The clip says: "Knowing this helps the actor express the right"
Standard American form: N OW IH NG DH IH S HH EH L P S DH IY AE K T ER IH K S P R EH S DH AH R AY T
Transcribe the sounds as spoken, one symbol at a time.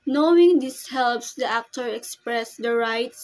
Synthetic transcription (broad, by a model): N OW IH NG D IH S HH EH L P S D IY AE K T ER IH K S P R EH S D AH R AY T